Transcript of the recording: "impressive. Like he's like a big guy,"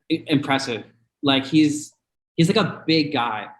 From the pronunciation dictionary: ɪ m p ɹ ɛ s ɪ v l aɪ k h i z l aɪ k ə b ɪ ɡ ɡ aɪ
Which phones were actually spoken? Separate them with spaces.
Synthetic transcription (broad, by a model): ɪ m p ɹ ɛ s ɪ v l aɪ k h i z l aɪ k ə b ɪ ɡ ɡ aɪ